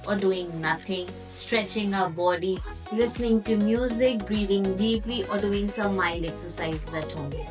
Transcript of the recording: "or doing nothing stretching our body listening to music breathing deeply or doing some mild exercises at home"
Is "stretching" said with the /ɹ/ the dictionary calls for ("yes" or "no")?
yes